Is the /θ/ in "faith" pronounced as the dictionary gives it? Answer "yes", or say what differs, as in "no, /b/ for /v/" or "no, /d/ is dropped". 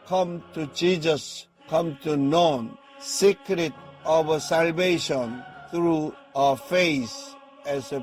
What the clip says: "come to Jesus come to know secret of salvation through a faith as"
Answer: no, /s/ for /θ/